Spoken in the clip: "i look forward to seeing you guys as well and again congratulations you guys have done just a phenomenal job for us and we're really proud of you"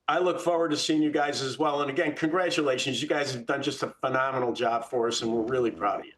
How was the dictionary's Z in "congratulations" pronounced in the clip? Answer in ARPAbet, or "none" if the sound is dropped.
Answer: Z